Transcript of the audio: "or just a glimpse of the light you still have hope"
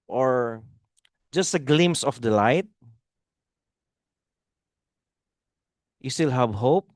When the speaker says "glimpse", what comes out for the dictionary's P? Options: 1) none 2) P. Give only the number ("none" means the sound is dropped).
1